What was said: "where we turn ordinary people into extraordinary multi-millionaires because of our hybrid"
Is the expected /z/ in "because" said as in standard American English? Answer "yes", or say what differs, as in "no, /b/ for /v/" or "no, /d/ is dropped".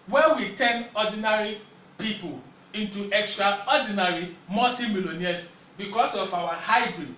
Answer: no, /s/ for /z/